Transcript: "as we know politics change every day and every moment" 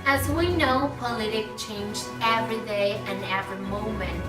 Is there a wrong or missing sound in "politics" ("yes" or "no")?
yes